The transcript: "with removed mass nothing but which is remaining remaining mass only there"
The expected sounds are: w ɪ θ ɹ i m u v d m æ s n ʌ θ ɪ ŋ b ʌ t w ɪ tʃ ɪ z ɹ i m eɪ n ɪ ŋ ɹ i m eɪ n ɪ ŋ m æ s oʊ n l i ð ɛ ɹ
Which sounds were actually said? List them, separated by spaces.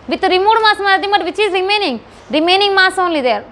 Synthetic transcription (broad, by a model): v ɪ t ɹ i m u d m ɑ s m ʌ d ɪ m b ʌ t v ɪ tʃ ɪ z ɹ i m eɪ n ɪ ŋ ɹ i m eɪ n ɪ ŋ m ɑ s oʊ n l i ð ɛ ɹ